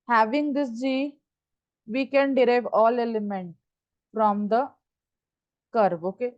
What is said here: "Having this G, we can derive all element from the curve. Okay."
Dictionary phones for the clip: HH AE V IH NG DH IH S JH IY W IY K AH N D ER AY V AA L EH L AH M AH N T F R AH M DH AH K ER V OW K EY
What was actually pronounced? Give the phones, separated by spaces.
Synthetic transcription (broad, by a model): HH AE V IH NG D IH S JH IY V IY K AH N D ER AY V AA L EH L AH M AH N T F R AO M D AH K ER B OW K EY